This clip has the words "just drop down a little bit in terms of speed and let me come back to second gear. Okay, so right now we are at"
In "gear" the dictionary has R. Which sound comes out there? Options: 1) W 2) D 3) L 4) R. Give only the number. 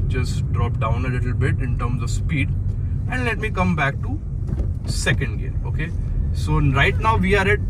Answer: 3